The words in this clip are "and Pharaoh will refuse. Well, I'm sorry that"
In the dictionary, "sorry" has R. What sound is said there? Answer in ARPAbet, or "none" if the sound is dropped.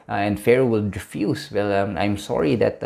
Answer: R